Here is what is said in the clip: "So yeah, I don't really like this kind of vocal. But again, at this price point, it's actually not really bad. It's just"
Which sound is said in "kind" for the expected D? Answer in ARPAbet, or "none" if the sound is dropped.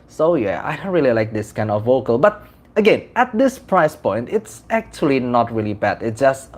D